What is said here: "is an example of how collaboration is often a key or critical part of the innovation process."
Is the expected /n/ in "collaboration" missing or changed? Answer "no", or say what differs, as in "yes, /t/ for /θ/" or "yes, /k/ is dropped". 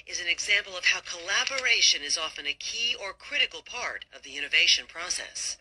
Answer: no